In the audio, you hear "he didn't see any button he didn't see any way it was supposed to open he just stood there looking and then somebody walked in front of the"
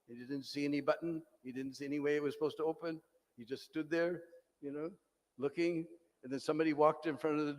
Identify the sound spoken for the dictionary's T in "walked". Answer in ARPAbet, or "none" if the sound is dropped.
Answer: T